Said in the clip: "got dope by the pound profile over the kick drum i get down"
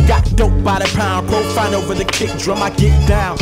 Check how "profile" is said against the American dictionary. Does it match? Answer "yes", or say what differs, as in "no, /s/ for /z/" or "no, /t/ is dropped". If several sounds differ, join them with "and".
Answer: no, /n/ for /l/